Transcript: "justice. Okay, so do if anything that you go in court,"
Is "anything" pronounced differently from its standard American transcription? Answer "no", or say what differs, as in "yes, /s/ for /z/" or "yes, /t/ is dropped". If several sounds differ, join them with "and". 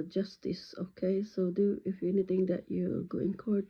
yes, /t/ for /θ/